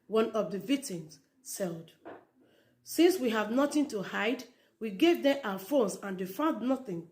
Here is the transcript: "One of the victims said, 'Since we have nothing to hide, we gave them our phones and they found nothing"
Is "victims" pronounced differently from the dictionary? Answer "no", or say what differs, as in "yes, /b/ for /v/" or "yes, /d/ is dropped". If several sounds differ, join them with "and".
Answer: yes, /k/ is dropped